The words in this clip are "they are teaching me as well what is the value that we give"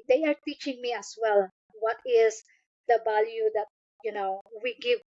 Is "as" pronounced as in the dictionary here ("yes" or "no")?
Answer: no